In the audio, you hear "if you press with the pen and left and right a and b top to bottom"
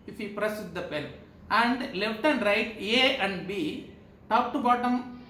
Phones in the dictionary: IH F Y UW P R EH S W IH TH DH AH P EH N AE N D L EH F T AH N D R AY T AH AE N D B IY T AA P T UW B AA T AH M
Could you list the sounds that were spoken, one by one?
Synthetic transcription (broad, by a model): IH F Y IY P R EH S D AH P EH L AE N D L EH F T AH N D R AY T AH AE N D B IY T AA P T UW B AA T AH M